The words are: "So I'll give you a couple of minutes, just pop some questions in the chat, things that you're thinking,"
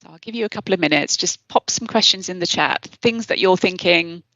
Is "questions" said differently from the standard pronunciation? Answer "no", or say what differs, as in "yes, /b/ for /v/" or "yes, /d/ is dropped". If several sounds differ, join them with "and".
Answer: no